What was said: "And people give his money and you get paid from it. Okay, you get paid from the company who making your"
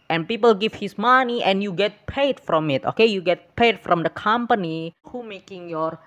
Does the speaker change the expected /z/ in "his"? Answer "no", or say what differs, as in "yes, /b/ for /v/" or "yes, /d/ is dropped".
yes, /s/ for /z/